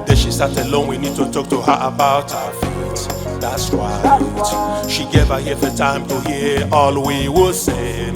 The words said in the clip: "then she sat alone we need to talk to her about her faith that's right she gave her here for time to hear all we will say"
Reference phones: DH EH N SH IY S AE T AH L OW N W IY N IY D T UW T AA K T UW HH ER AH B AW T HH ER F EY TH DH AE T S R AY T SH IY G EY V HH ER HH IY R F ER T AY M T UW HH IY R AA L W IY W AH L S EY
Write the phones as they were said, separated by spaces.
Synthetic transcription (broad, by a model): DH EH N SH IY S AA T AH L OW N W IY N IY D T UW T AA K T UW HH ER AH B AW T HH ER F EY T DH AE T S W AY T SH IY G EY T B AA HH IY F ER T AY M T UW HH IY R AA L W IY W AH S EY